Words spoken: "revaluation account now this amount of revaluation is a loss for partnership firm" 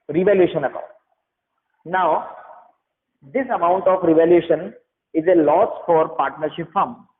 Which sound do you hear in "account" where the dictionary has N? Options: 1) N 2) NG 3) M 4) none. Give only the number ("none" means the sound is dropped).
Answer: 4